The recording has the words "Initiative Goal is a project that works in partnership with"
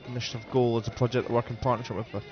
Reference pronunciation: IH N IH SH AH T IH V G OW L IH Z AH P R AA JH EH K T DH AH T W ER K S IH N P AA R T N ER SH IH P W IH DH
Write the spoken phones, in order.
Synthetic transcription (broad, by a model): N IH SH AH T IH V G OW L IH Z AH P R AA JH EH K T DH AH T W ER K IH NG P AA R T N ER SH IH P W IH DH